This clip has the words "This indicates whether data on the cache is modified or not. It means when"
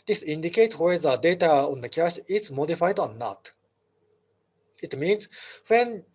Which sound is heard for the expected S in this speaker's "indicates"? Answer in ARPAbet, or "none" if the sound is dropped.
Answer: none